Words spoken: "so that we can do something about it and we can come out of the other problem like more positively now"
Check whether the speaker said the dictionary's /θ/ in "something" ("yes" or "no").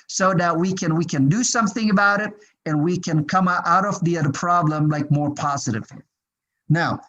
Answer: yes